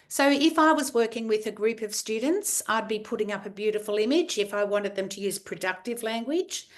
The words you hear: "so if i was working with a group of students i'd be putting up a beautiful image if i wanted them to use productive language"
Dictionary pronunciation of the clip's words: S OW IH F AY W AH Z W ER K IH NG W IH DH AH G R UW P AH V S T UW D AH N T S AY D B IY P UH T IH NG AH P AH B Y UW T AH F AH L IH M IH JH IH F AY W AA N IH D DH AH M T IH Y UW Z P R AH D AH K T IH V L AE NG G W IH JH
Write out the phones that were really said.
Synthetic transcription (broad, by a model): S OW IH F AY W AH Z W ER K IH NG W IH DH AH G R UW P AH V S T UW D N T S AY D B IY P UH T IH NG AH P AH B Y UW T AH F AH L IH M IH JH IH F AY W AA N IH D DH AH M T IH Y UW Z P R AH D AH K T IH V L AE NG G W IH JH